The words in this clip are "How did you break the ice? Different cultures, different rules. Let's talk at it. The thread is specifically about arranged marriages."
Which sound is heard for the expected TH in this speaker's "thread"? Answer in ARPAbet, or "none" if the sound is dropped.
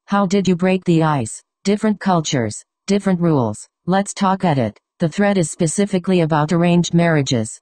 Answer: TH